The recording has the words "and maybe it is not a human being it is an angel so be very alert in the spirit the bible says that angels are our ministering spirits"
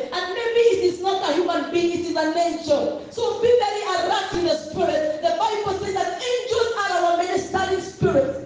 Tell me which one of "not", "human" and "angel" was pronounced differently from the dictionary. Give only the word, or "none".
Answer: angel